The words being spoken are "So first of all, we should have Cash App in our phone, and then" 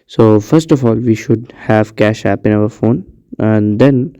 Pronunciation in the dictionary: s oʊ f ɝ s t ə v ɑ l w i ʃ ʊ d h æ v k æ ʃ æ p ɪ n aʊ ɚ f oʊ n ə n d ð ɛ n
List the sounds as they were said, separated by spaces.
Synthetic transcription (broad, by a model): s oʊ f ɝ s t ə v ɑ l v i ʃ ʊ d h æ v k æ ʃ æ p ɪ n aʊ ɚ f oʊ n ə n d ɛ n